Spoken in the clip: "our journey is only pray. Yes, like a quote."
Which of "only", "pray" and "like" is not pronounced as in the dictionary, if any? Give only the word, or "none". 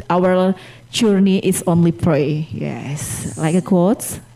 none